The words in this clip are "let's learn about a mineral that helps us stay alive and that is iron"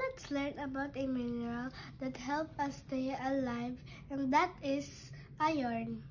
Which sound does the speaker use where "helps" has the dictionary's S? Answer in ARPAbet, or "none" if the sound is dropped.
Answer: none